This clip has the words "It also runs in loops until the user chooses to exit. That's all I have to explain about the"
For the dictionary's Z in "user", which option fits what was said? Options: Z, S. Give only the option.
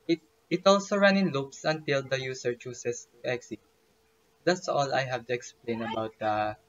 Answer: S